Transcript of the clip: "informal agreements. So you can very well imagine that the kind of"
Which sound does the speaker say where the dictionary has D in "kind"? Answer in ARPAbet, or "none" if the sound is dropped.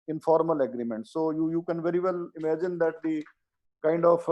D